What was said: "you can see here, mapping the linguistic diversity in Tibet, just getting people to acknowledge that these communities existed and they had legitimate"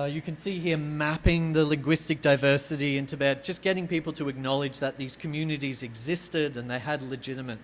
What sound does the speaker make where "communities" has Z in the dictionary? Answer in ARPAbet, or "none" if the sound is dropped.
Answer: Z